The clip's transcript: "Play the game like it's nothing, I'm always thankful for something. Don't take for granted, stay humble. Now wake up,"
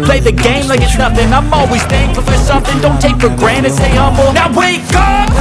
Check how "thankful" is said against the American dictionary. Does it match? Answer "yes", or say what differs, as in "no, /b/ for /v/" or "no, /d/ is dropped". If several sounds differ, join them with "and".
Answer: no, /k/ is dropped